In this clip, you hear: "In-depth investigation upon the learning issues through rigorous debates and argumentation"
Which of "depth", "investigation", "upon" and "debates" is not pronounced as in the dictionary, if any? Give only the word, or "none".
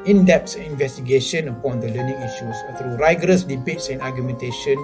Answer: depth